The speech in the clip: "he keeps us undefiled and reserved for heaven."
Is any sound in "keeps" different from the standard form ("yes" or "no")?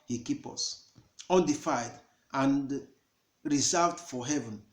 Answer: yes